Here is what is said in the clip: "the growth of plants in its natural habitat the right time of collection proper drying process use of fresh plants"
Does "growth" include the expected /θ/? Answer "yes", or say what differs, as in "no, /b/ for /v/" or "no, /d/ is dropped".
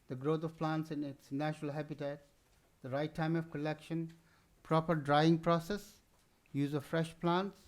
no, /t/ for /θ/